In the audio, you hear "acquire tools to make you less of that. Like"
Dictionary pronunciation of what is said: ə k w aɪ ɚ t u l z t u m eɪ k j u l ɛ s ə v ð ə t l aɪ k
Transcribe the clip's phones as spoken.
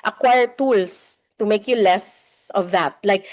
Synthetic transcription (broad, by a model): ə k w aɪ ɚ t u l s t u m eɪ k j u l ɛ s ə v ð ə t l aɪ k